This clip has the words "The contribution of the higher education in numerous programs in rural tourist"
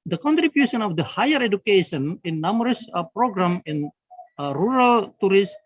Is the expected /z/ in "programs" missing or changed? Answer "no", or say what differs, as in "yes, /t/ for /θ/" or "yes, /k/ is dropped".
yes, /z/ is dropped